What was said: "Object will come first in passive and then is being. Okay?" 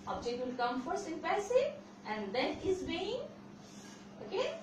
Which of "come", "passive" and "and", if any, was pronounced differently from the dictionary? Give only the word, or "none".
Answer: passive